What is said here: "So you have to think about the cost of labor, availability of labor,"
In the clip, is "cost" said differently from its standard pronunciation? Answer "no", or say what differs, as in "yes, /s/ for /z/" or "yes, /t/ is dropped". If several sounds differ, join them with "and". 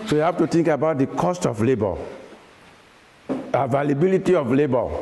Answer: no